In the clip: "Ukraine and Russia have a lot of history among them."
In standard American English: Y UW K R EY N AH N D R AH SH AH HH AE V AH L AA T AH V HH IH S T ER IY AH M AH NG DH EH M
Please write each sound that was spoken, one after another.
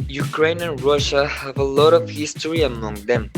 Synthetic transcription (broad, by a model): Y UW K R EY N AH N R AH SH AH HH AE V AH L AA T AH V HH IH S T ER IY AH M AH NG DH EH M